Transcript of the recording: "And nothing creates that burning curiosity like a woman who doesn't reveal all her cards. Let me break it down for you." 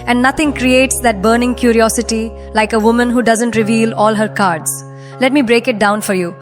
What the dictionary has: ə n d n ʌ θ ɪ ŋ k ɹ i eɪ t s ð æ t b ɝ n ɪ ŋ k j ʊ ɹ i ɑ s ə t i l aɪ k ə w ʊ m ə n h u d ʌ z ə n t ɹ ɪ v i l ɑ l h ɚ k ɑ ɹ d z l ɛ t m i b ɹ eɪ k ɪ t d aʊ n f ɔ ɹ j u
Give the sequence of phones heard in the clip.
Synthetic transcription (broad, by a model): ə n d n ʌ t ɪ ŋ k ɹ i eɪ t s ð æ t b ɝ n ɪ ŋ k j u ɹ i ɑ s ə t i l aɪ k ə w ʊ m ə n h u d ʌ z ə n t ɹ ɪ v i l ɑ l h ɚ k ɑ ɹ d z l ɛ t m i b ɹ eɪ k ɪ t d aʊ n f ɔ ɹ j u